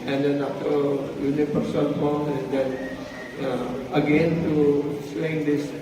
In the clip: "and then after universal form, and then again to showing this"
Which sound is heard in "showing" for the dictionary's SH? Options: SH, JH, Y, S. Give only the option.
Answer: S